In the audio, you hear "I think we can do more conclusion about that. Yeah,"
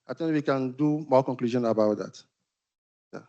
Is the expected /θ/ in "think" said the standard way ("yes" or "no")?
no